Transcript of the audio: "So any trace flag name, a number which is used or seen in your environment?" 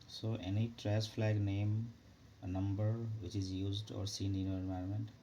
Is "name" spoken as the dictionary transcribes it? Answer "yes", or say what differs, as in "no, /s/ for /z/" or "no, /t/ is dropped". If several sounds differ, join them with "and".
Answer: yes